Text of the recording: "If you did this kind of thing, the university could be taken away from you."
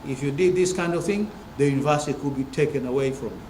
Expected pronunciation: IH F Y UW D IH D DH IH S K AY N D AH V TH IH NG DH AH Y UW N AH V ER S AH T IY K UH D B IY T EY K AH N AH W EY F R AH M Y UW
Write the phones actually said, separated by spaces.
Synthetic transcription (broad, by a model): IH F Y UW D IH D DH IH S K AY N D AH V TH IH NG DH AH Y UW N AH V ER S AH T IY K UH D B IY T EY K AH N AH W EY F R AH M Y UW